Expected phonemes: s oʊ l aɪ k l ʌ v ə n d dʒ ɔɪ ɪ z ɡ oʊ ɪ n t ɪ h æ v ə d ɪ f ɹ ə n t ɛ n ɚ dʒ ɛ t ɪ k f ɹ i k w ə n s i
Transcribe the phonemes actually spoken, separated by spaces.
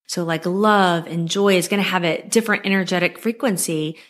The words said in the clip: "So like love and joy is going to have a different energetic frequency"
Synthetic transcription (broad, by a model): s oʊ l aɪ k l ʌ v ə n dʒ ɔɪ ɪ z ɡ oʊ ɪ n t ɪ v ə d ɪ f ɹ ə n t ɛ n ɚ dʒ ɛ t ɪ k f ɹ i k w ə n s i